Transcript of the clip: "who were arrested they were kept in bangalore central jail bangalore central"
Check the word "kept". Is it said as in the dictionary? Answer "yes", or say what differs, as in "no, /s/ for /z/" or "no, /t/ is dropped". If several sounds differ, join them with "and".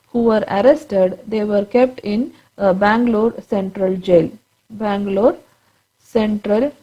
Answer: yes